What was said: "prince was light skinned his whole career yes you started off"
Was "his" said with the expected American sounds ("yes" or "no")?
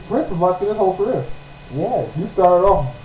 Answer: no